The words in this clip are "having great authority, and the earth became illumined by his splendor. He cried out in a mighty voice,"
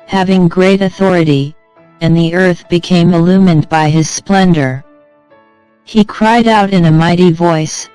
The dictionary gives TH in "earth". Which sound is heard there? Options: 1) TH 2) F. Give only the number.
1